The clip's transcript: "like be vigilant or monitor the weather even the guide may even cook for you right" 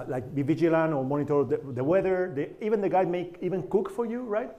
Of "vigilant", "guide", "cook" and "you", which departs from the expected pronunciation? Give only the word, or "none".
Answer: vigilant